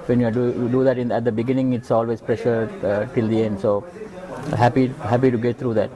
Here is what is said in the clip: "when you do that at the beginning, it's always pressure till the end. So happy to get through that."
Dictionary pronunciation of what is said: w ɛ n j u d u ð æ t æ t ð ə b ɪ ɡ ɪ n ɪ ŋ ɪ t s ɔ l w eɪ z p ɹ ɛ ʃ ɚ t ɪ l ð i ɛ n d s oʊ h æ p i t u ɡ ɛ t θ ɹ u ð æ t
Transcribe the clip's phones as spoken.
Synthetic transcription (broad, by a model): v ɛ n j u d u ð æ t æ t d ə b ɪ ɡ ɪ n ɪ ŋ ɪ t s ɔ l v eɪ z p ɹ ɛ ʃ ɚ t ɪ l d i ɛ n d s oʊ h æ p i t u ɡ ɛ t t ɹ u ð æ t